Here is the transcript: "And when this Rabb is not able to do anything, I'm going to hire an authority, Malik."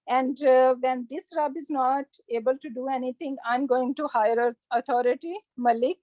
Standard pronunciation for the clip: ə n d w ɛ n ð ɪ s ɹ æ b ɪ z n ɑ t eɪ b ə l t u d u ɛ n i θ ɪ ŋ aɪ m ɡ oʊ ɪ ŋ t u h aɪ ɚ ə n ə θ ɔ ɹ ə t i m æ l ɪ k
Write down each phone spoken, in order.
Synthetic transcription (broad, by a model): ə n d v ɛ n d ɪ s ɹ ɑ b ɪ z n ɑ t eɪ b ə l t u d u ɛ n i t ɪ ŋ aɪ m ɡ oʊ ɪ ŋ t u h aɪ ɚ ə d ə t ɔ ɹ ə t i m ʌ l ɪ k